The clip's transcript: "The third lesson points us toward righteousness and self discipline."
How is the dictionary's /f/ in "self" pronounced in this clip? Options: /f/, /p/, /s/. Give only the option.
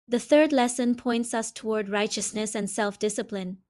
/f/